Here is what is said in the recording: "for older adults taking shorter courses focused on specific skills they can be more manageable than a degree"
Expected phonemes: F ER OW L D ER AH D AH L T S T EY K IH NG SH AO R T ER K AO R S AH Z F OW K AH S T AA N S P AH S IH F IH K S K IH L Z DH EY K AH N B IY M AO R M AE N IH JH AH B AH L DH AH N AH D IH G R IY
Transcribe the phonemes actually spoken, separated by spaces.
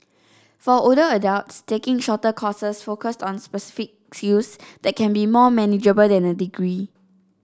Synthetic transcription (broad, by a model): F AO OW D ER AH D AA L T S T EY K IH NG SH AO T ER K AO S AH S F OW K AH S T AA N S P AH S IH F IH K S UW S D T K AH N B IY M AO M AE N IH JH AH B AH L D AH N AH D IH G R IY